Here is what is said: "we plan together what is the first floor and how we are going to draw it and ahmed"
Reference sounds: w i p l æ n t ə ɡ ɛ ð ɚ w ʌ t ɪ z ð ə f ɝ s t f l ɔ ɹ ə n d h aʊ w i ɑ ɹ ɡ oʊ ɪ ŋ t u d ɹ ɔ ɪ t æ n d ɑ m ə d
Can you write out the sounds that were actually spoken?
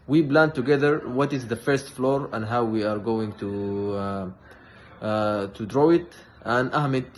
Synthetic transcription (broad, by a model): w i b l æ n t ə ɡ ɛ ð ɚ w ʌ t ɪ z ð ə f ɝ s t f l ɔ ɹ ə n d h aʊ w i ɑ ɹ ɡ oʊ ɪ ŋ t u d ɹ ɔ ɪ t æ n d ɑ m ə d